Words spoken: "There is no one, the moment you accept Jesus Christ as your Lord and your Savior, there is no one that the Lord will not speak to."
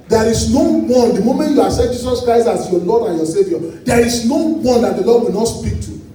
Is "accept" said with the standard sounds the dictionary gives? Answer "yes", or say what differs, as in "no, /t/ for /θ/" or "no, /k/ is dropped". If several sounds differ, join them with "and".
no, /k/ is dropped and /p/ is dropped